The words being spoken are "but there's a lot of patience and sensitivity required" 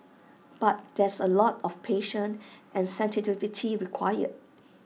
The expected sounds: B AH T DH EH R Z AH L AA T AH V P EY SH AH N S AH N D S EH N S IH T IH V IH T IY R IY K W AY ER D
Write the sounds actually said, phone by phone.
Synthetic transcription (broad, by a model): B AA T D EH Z AH L AA T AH F P EY SH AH N AH N S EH N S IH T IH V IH T IY R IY K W AY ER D